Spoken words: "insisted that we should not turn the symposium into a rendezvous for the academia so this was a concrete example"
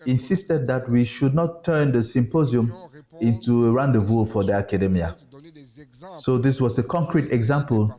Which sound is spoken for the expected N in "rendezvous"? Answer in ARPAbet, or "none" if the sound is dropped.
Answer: N